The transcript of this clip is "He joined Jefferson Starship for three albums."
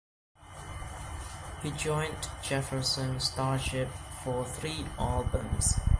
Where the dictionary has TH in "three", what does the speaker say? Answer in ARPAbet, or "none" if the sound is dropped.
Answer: TH